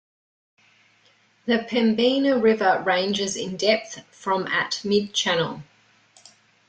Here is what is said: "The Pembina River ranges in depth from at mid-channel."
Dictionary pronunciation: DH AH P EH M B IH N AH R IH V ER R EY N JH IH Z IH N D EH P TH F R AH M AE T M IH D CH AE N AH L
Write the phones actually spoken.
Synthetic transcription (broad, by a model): DH AH P EH M B IH N AH R IH V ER R EY N JH IH Z IH N D EH P TH F R AH M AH T M IH D CH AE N AH L